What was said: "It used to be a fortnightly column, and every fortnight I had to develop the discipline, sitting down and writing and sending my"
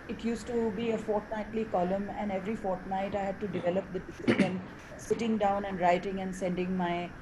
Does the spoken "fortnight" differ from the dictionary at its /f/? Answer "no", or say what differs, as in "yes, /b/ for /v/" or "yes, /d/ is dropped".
no